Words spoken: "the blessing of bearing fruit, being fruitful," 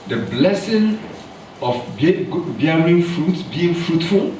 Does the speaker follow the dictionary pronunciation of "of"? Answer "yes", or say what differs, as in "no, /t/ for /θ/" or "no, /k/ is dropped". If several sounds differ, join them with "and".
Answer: no, /b/ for /v/